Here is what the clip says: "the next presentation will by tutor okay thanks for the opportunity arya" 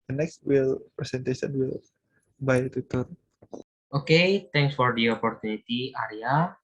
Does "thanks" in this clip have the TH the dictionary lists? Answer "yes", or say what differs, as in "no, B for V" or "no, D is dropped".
no, T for TH